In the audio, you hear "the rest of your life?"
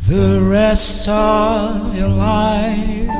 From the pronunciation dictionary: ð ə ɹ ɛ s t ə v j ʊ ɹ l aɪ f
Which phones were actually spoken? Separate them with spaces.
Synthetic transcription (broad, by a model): ð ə ɹ ɛ s t ə v j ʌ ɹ l aɪ